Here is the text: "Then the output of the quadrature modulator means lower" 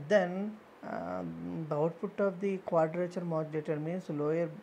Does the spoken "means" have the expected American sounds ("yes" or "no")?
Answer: no